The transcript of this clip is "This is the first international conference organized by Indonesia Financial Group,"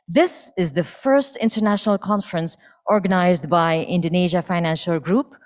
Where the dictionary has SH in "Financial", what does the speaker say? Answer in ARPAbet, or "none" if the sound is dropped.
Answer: SH